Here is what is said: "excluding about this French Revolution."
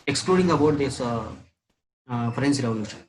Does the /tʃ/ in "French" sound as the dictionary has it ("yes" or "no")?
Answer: no